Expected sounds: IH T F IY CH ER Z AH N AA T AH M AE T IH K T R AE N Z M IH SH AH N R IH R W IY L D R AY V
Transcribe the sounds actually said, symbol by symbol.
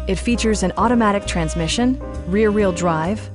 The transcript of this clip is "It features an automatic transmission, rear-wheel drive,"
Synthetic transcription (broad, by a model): IH T F IY CH ER Z AH N AA T AH M AE T IH K T R AE N Z M IH SH AH N R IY R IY L D R AY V